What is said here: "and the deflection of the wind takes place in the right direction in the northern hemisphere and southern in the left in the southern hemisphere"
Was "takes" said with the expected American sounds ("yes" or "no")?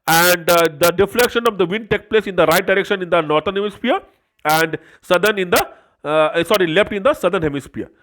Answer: no